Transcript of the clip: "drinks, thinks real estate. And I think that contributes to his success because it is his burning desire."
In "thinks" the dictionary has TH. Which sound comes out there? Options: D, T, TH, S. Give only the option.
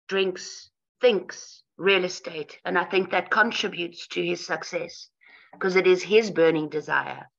TH